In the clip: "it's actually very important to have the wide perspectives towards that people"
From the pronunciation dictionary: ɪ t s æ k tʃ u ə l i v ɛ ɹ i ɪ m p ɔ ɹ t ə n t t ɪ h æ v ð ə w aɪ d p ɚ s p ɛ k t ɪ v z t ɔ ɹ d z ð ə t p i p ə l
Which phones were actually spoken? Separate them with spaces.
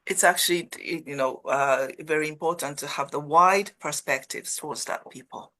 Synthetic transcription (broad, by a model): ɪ t s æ k tʃ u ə n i v ɛ ɹ i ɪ m p ɔ ɹ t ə n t t ɪ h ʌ v ð ə w aɪ d p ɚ s p ɛ k t ɪ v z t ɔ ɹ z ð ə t p i p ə l